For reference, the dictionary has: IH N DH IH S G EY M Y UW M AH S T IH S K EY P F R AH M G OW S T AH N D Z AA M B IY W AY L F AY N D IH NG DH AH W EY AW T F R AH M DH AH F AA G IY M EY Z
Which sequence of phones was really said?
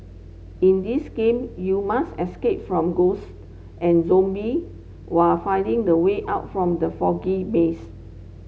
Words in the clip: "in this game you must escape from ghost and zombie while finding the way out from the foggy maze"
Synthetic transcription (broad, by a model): IH N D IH S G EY M Y UW M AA S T IH S K EY P F R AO M G OW S T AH N Z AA M B IY W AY F AY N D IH NG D AH W EY AW T F R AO M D AH F AA G IY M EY S